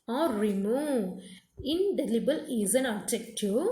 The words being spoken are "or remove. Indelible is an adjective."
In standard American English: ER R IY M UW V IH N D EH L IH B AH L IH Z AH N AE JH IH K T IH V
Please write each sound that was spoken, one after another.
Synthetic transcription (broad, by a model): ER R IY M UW IH N D EH L IH B AH L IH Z AH N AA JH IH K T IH